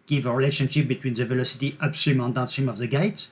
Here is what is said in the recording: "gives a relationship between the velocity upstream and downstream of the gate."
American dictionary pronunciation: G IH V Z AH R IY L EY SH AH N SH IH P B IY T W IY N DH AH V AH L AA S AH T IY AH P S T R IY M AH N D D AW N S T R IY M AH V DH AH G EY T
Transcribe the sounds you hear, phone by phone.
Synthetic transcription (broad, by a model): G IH V AH R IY L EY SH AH N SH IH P B IY T W IY N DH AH V AH L AA S AH T IY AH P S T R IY M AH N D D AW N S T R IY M AH V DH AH G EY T